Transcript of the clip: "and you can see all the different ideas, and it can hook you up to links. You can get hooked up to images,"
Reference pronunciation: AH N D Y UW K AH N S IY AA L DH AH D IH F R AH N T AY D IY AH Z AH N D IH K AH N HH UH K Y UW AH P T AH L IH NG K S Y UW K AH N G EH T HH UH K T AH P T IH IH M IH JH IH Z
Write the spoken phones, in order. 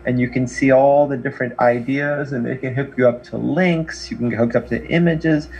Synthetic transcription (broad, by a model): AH N Y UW K AH N S IY AA L DH AH D IH F R AH N T AY D IY AH Z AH N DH IH K AH N HH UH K Y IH AH P T AH L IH NG K S Y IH K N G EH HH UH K AH P T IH IH M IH JH IH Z